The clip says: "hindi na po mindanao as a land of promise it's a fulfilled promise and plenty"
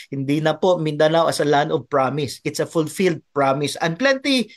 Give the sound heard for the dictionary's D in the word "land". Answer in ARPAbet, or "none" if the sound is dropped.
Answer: none